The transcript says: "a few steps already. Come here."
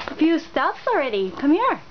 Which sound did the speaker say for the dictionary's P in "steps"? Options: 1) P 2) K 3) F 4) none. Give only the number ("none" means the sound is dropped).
3